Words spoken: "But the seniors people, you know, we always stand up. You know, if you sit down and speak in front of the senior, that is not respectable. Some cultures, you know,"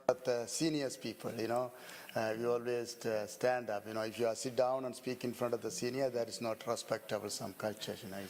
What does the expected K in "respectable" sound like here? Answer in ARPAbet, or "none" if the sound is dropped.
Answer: K